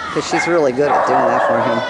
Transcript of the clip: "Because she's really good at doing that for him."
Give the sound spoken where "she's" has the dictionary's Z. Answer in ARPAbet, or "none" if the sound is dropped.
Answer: Z